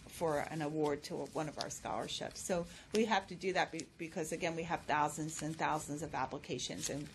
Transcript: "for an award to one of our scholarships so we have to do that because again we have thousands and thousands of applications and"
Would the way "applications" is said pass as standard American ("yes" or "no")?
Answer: yes